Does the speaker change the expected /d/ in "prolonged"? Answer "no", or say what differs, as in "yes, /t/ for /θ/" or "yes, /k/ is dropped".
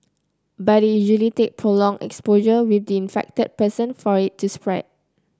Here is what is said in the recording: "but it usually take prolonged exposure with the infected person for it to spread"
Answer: yes, /d/ is dropped